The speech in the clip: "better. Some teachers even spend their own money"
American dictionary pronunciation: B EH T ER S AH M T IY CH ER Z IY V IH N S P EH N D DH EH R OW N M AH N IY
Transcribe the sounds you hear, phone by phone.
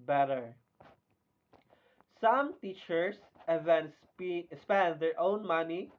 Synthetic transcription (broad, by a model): B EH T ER S AH M T IY CH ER S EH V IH N S P EH N D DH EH R OW N M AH N IY